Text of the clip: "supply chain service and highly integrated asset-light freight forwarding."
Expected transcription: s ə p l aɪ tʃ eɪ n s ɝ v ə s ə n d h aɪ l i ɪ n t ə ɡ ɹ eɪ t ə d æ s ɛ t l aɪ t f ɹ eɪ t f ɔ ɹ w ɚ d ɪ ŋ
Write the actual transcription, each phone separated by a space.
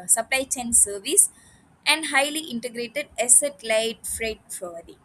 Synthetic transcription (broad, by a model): s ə p l aɪ tʃ eɪ n s ɝ v ə s ə n d h aɪ l i ɪ n t ə ɡ ɹ eɪ t ə d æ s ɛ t l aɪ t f ɹ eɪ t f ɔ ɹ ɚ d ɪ